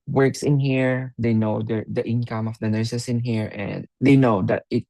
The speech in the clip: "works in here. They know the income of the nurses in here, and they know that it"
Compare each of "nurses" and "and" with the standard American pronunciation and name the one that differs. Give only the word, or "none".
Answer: nurses